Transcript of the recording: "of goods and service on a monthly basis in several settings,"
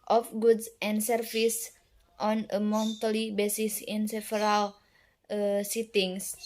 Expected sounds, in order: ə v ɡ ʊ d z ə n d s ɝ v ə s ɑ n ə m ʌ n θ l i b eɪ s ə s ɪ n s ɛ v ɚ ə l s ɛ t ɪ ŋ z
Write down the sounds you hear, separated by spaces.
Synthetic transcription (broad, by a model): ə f ɡ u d s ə n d s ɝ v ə s ɑ n ə m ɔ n t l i b eɪ s ə s ɪ n s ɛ f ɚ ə l s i t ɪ ŋ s